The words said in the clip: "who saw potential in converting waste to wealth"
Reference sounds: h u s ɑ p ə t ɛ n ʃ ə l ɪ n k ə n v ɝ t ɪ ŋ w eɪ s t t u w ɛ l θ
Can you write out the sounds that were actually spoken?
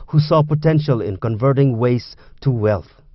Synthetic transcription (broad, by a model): h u s ɑ p ə t ɛ n ʃ ə l ɪ n k ə n v ɝ t ɪ ŋ w eɪ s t t u w ɛ l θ